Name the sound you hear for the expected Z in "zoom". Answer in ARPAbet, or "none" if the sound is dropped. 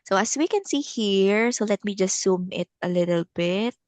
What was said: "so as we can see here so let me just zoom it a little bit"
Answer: S